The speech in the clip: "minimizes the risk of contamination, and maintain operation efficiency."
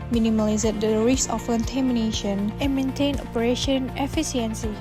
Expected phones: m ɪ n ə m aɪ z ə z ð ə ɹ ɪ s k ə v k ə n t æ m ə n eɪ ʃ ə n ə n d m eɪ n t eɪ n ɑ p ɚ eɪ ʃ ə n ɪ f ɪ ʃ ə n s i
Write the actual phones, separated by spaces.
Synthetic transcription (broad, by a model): m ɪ n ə m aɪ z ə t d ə ɹ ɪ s ə f k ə n t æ m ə n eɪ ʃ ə n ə n m eɪ n t eɪ n ɑ p ɚ eɪ ʃ ə n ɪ f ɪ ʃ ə n s i